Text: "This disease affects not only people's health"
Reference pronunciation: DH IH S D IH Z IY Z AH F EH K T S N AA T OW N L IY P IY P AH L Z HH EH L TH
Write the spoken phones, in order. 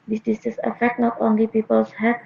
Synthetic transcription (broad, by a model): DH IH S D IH S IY S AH F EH K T N AA T OW N L IY P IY P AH L S HH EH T